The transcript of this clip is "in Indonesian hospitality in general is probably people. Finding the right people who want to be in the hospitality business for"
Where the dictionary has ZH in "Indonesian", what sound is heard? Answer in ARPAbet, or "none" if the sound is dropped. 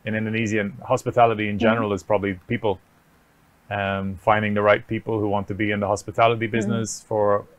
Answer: Z